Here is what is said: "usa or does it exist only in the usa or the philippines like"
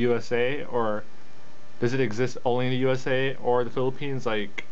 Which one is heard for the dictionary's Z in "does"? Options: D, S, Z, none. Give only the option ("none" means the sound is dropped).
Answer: Z